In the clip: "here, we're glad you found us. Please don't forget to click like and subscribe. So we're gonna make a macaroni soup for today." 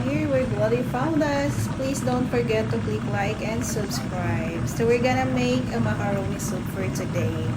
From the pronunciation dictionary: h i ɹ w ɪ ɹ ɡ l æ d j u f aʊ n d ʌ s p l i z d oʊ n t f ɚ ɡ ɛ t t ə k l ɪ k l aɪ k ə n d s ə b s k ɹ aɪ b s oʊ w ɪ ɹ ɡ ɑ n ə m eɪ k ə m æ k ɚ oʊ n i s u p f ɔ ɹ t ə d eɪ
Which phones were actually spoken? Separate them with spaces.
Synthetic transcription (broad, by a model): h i ɹ w ɪ ɹ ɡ w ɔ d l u f aʊ n d ʌ s p l i s d oʊ n t f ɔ ɡ ɛ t t ə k l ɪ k l aɪ k ə n d s ə b s k ɹ aɪ b s oʊ w ɪ ɹ ɡ ɑ n ə m eɪ k ə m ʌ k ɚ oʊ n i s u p f ɔ ɹ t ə d eɪ